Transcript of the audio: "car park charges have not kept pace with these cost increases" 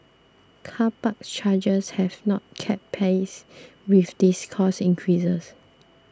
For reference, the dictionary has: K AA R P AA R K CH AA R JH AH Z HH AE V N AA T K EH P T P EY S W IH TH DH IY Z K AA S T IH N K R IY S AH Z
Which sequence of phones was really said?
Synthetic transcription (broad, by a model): K AA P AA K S CH AA JH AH S HH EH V N AA T K EH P P EY S W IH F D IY S K AA S IH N K R IY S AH S